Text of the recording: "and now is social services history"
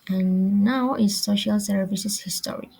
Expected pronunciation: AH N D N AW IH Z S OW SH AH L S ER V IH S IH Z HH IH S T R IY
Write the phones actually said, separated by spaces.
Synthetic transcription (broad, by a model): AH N N AW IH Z S OW SH AH L S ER V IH S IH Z HH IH S T R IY